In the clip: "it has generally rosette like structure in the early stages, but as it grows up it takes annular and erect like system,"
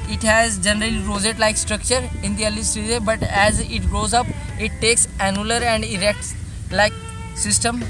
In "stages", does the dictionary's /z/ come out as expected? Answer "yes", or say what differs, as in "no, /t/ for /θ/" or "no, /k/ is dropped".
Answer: no, /z/ is dropped